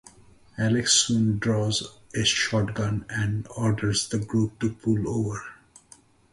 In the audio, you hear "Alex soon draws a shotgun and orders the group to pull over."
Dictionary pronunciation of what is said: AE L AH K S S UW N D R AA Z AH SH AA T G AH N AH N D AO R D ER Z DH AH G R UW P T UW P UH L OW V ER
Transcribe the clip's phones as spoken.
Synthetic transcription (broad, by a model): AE L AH K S S UW N D R AA Z AH SH AA T G AH N AH N D AO R D ER Z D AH G R UW P T UW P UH L OW V ER